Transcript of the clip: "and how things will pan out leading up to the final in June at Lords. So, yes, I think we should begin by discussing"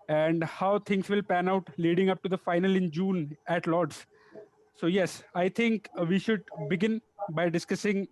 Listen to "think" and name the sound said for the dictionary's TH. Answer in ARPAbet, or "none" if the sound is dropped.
T